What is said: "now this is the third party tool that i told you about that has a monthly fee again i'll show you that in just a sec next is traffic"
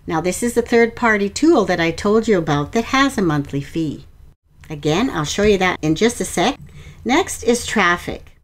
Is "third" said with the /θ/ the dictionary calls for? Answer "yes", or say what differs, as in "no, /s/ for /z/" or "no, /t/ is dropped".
yes